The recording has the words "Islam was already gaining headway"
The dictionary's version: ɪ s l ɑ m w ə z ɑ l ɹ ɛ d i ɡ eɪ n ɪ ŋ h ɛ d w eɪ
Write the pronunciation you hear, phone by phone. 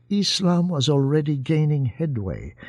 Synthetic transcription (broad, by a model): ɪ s l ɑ m w ə z ɑ l ɹ ɛ d i ɡ eɪ n ɪ ŋ h ɛ d w eɪ